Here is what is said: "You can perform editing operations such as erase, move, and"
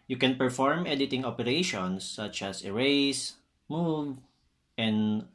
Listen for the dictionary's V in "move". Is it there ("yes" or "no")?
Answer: yes